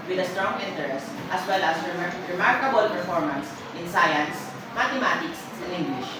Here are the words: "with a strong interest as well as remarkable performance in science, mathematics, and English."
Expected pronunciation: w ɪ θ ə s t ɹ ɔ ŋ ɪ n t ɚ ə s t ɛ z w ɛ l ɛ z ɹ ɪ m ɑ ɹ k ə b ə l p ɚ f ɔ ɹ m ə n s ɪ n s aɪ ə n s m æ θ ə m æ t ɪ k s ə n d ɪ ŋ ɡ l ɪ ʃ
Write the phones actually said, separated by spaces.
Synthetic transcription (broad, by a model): w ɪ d ə s t ɹ ɔ ŋ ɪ n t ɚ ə s t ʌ s w ɛ l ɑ s ɹ ɪ m ɑ ɹ k ə b ə l p ɚ f ɔ ɹ m ə n s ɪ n s aɪ ə n s m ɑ t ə m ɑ t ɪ k s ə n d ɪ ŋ ɡ l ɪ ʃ